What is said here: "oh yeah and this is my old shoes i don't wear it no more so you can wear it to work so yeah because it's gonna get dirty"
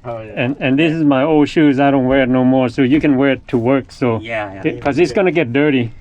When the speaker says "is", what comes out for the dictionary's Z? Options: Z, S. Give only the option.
Z